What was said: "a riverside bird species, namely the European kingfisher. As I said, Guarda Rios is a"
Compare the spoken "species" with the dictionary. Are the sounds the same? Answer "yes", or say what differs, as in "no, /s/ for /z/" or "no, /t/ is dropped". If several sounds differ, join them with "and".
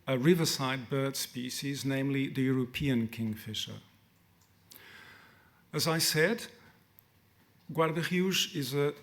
yes